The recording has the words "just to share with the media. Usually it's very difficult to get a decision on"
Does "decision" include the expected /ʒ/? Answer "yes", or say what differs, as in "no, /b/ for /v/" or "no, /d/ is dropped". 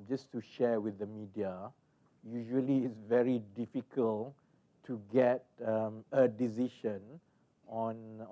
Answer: no, /ʃ/ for /ʒ/